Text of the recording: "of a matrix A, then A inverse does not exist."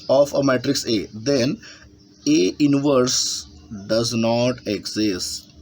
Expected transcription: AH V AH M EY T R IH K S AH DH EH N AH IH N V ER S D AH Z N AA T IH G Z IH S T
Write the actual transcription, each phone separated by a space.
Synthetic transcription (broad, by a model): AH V AH M EY T R IH K S AH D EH N AH IH N V ER S D AH Z N AA T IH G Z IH S T